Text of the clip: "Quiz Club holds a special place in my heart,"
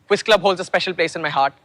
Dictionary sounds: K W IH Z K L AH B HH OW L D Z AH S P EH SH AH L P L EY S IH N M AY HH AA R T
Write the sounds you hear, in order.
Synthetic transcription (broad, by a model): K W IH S K L AH B HH OW L D Z AH S P EH SH AH L P L EY S IH N M AY HH AA R T